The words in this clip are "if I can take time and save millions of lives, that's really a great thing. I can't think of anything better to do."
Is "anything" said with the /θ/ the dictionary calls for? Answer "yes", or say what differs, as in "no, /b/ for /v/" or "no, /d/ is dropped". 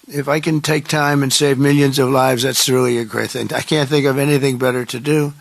yes